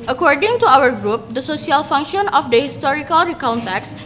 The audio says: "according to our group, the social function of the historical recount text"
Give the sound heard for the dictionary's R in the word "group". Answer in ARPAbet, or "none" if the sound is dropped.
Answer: R